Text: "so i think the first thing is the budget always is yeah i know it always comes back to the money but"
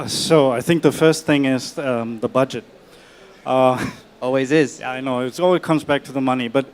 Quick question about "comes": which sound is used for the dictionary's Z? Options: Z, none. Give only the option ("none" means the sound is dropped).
Z